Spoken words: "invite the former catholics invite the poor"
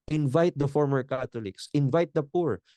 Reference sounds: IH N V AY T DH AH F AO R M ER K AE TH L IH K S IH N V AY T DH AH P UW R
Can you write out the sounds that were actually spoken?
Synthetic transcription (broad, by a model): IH N V AY T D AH F AO R M ER K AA T L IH K S IH N V AY T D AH P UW R